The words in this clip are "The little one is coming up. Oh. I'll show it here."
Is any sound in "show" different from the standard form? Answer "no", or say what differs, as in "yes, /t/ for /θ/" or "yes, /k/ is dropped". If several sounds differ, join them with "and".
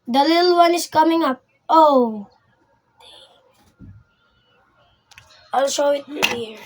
yes, /s/ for /ʃ/